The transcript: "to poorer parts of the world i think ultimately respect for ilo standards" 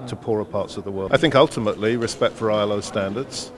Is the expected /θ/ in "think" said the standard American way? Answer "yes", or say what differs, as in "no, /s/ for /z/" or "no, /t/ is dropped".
yes